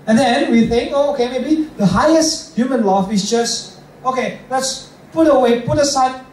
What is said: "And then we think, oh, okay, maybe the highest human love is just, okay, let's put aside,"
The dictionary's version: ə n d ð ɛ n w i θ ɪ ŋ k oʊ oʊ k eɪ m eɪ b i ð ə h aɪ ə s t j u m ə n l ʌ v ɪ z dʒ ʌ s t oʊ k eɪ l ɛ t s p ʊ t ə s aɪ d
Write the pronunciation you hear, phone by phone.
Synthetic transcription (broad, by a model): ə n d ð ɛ n w i θ ɪ ŋ k oʊ oʊ k eɪ m eɪ b i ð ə h aɪ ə s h j u m ə n l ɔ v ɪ s dʒ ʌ s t oʊ k eɪ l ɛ t s p ʊ t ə s aɪ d